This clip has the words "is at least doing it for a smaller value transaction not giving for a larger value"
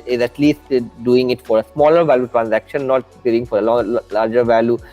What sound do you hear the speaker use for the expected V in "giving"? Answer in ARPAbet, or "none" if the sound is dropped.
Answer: none